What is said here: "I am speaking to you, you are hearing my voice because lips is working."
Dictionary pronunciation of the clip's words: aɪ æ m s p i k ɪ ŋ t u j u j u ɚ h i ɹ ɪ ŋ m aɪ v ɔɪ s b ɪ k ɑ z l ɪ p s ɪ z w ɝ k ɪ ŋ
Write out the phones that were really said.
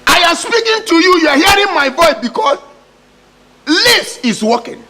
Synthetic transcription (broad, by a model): aɪ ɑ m s p i k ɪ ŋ t u j u j u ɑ h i ɹ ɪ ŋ m aɪ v ɔɪ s b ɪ k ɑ s l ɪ s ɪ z w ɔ k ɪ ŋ